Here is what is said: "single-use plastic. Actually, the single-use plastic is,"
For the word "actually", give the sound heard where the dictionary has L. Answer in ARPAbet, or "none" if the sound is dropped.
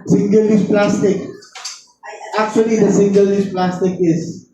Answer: L